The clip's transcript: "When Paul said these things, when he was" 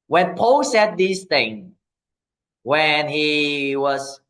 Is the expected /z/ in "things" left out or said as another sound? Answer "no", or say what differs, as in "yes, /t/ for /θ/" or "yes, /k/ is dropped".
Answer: yes, /z/ is dropped